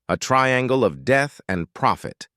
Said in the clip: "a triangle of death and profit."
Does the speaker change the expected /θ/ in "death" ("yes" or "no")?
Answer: no